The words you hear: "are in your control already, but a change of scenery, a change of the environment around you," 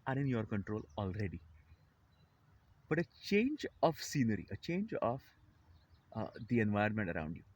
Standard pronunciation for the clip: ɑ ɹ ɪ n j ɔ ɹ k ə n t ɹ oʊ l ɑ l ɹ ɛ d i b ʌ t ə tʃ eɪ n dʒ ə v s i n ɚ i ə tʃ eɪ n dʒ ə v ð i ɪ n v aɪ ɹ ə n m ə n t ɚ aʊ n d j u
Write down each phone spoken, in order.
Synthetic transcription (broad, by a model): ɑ ɹ ɪ n j ɔ ɹ k ə n t ɹ oʊ l ɑ l ɹ ɛ d i b ʌ t ə tʃ eɪ n dʒ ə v s i n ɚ i ə tʃ eɪ n dʒ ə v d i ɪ n v aɪ ə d m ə n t ɚ aʊ n d j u